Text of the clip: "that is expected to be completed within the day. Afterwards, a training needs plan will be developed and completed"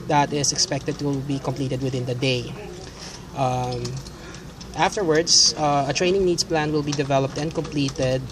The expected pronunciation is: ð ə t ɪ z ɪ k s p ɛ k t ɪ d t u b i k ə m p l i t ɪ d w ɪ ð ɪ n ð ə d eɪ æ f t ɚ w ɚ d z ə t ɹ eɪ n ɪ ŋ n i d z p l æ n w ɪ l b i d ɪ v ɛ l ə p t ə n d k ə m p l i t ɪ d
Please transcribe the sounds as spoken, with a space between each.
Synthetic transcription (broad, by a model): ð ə t ɪ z ɪ k s p ɛ k t ɪ d t u b i k ə m p l i t ɪ d w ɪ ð ɪ n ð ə d eɪ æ f t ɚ w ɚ d s ə t ɹ eɪ n ɪ ŋ n i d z p l æ n w ɪ l b i d ɪ v ɛ l ə p t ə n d k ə m p l i t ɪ d